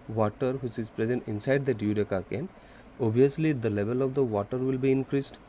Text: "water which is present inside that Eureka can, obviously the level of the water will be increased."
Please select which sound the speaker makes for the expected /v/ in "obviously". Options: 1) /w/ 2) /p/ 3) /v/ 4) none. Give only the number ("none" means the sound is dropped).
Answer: 4